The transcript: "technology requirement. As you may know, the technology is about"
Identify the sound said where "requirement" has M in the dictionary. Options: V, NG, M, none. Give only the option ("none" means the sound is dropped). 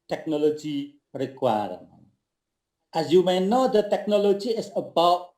none